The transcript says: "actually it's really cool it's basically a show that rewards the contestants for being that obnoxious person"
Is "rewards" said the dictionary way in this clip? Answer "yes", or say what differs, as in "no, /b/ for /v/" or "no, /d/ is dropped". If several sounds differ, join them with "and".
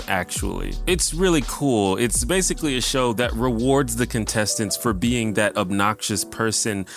yes